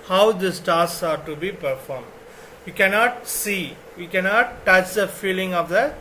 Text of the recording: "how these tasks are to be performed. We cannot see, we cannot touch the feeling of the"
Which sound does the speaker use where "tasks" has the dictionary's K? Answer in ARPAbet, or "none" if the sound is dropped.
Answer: none